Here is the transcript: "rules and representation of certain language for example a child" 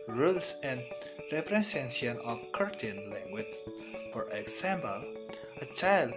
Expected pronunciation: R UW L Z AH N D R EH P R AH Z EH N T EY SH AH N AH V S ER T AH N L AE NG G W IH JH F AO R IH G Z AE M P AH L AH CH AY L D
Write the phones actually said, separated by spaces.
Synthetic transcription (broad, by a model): R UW L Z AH N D R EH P R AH S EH N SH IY AH N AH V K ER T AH N L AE NG G W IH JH F AO R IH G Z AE M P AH L AH CH AY L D